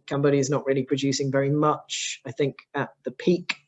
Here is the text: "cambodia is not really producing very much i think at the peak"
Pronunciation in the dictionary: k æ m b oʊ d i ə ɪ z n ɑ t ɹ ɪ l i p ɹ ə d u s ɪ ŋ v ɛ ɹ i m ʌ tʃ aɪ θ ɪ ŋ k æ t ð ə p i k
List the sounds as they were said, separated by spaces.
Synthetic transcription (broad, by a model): k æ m b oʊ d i ɪ z n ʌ t ɹ ɪ l i p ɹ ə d u s ɪ ŋ v ɛ ɹ i m ʌ tʃ aɪ θ ɪ ŋ k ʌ t ð ə p i k